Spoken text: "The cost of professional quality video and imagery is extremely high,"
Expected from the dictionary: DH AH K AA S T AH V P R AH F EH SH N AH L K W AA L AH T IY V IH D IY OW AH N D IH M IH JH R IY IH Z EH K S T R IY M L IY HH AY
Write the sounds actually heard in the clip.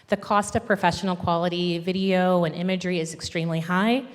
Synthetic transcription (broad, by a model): DH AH K AA S T AH V P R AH F EH SH N L K W AA L AH T IY V IH D IY OW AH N IH M IH JH R IY IH Z EH K S T R IY M L IY HH AY